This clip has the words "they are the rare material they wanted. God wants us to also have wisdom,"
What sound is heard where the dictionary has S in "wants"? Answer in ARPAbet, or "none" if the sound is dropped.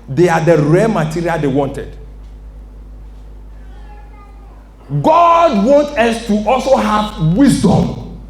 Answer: none